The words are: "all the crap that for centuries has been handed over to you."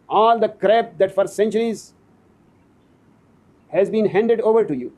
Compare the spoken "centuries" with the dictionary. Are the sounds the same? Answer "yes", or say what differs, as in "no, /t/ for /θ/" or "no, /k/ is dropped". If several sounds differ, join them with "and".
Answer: yes